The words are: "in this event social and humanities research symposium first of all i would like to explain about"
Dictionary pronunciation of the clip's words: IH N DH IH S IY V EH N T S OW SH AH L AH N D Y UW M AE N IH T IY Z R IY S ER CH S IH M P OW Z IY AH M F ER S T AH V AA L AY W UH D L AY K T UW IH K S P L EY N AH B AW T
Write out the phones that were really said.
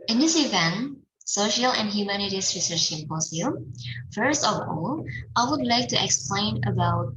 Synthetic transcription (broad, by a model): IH N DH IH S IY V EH N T S OW SH AH L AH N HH Y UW M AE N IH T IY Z R IY S ER CH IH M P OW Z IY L F ER S T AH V AA L AY W UH D L AY K T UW IH K S P L EY N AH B AW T